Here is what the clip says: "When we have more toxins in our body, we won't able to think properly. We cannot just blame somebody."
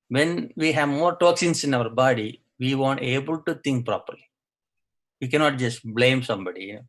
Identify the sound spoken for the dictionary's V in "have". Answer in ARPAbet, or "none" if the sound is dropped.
V